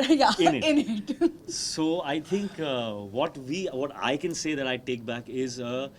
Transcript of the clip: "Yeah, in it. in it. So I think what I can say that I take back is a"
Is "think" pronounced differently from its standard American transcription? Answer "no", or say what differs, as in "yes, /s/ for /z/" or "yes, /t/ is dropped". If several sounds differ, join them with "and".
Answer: yes, /t/ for /θ/